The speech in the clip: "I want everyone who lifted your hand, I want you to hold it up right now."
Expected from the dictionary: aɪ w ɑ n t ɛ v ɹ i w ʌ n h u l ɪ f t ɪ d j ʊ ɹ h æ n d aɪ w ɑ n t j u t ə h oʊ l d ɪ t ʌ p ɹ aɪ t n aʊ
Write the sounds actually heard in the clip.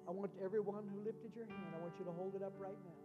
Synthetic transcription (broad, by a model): aɪ w ɑ n t ɛ v ɹ i w ʌ n h u l ɪ f t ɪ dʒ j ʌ ɹ h æ n d aɪ w ɑ n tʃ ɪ t ə h oʊ l d ɪ t ʌ p ɹ aɪ t n aʊ